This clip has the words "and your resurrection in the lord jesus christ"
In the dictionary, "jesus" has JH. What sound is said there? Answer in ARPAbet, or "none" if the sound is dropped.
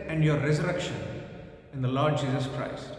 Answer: JH